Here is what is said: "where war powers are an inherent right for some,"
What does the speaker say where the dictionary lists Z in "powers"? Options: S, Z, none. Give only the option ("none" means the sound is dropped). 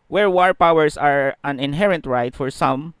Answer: S